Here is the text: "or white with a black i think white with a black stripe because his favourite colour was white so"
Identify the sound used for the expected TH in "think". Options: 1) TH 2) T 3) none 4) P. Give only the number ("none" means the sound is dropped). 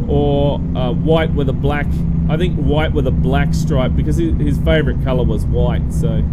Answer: 1